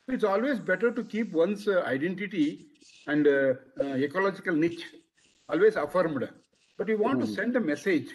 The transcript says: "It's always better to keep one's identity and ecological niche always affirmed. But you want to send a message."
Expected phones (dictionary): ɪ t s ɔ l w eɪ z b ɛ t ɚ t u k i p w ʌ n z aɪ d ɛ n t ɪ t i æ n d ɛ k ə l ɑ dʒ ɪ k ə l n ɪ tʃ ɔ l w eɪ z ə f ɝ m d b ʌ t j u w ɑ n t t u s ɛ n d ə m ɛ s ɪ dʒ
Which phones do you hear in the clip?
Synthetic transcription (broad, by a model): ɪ t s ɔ l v eɪ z b ɛ t ɚ t u k i p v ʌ n s aɪ d ɛ n t ɪ t i æ n d ɛ k ə l ɑ dʒ ɪ k ə l n ɪ tʃ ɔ l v eɪ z ə f ɝ m d b ʌ t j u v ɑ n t t u s ɛ n d ə m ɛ s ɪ dʒ